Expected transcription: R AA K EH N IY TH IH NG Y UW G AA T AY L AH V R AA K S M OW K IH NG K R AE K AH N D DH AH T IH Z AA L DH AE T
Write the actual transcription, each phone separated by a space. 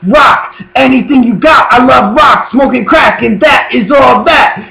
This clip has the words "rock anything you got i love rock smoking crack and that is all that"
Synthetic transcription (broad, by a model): R AA K EH N IY TH IH NG Y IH G AA T AY L AH V R AA K S M OW K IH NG K R AE K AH N DH AH T IH Z AA L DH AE T